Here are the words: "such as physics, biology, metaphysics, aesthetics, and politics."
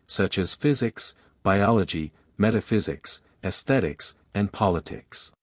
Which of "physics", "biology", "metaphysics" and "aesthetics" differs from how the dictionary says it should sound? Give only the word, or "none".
none